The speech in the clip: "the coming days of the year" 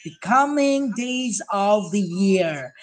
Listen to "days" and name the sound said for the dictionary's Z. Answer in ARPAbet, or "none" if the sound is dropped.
Z